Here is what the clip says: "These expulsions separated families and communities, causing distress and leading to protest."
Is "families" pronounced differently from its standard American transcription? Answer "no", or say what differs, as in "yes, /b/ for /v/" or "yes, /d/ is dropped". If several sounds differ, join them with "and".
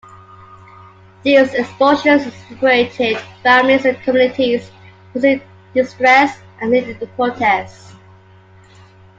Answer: yes, /l/ is dropped